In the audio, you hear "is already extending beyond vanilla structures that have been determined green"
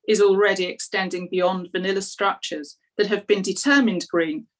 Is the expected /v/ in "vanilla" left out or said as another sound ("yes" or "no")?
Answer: no